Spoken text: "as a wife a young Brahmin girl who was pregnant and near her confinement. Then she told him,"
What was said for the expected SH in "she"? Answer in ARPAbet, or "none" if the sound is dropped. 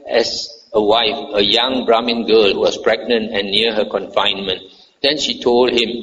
SH